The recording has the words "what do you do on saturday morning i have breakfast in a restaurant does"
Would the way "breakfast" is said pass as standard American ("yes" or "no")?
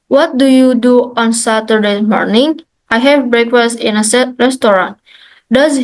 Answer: yes